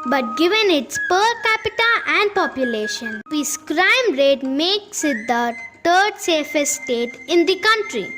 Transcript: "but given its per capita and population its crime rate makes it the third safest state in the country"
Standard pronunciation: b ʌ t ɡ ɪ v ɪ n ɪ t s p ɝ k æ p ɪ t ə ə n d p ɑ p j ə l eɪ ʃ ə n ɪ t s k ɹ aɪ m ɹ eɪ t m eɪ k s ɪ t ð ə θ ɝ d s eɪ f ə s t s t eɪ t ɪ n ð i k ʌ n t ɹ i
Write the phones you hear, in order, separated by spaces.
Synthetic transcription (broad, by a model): b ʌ t ɡ ɪ v ɪ n ɪ t s p ɝ k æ p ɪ t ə ə n d p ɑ p j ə l eɪ ʃ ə n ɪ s k ɹ aɪ m ɹ eɪ t m eɪ k s ɪ t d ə t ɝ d s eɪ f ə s s t eɪ t ɪ n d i k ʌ n t ɹ i